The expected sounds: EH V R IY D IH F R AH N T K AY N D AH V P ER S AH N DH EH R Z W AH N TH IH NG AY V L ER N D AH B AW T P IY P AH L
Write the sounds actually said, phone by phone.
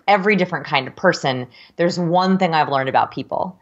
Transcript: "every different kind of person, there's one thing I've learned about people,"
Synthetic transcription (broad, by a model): EH V R IY D IH F R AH N K AY N D AH V P ER S AH N DH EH R Z W AH N TH IH NG AY V L ER N D AH B AW T P IY P L